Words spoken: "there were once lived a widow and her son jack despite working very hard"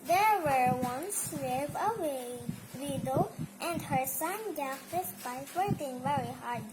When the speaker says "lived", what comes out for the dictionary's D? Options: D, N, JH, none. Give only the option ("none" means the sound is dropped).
none